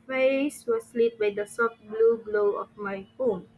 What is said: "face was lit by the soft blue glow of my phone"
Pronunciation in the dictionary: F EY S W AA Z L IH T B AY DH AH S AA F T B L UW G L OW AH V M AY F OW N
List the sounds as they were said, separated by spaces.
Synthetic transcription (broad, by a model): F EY S W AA S L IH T B AY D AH S AA F T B L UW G L OW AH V M AY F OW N